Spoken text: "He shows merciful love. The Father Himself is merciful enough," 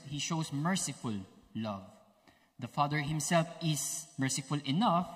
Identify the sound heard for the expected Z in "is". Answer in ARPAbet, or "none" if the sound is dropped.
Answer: S